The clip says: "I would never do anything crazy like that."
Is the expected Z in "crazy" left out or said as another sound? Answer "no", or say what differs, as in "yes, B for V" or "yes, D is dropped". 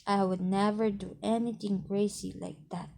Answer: yes, S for Z